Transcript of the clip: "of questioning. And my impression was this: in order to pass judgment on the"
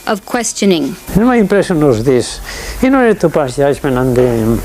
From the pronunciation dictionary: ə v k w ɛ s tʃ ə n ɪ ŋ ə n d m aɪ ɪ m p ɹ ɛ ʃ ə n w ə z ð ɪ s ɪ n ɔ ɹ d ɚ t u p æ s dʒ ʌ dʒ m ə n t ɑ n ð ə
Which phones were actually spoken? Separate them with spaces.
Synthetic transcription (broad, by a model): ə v k w ɛ s tʃ ə n ɪ ŋ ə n m aɪ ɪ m p ɹ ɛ s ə n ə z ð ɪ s ɪ n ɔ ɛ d t u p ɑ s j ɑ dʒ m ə n ɑ n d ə